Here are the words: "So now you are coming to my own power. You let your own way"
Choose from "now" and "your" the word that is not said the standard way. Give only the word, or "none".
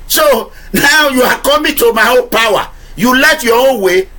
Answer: your